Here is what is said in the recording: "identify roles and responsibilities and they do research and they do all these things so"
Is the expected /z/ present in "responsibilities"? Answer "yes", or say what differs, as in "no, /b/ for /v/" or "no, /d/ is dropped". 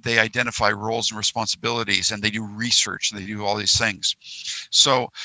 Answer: yes